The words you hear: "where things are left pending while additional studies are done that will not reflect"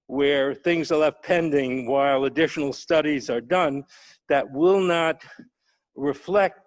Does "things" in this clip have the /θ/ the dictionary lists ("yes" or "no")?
yes